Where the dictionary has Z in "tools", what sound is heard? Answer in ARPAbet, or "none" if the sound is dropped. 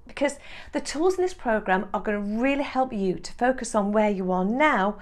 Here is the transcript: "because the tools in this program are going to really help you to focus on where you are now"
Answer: Z